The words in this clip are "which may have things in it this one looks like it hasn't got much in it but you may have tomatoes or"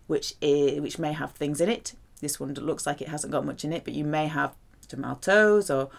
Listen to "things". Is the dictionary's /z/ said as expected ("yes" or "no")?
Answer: yes